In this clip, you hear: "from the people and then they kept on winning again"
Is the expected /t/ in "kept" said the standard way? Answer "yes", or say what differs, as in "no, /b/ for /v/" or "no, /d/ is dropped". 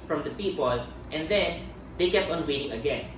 yes